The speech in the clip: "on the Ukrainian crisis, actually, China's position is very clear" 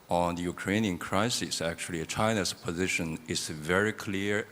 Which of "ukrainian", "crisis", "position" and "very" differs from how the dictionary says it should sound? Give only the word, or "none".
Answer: none